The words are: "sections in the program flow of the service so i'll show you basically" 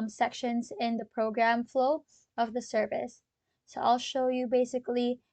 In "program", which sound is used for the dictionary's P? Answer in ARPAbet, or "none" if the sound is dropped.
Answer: P